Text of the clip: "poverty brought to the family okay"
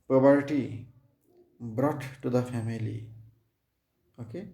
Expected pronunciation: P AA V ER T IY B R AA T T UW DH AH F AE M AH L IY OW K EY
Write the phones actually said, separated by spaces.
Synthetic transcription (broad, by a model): P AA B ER T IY B R AA T T UW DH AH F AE M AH L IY OW K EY